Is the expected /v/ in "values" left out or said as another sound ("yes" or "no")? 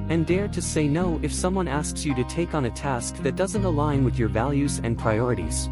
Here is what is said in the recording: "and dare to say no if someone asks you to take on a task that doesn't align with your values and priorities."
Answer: no